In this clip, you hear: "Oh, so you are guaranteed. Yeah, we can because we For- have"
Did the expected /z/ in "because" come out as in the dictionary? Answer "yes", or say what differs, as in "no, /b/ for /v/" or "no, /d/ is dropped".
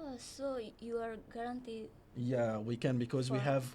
yes